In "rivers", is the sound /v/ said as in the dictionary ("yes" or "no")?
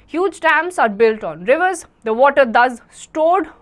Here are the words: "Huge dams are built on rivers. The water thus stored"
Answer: yes